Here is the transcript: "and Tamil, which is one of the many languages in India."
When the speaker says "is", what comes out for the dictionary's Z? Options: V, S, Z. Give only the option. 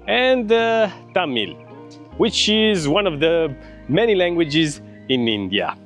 Z